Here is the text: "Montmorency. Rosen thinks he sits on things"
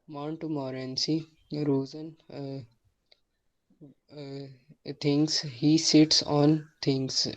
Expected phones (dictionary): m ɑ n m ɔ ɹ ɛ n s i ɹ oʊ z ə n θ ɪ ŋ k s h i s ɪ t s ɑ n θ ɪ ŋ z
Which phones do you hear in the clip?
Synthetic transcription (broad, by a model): m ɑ n m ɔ ɹ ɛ n s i ɹ oʊ z ə n t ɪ ŋ s h i s ɪ t s ɑ n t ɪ ŋ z